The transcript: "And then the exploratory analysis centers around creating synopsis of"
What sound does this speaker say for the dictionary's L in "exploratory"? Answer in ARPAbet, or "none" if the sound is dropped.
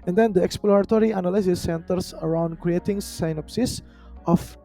L